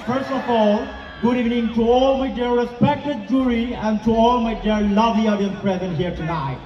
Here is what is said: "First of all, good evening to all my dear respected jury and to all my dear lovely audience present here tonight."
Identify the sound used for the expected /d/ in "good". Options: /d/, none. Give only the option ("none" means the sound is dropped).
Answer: /d/